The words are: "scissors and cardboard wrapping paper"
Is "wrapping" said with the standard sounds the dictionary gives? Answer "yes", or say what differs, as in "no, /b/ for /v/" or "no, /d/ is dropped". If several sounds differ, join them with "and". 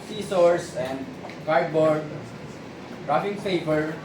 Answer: no, /f/ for /p/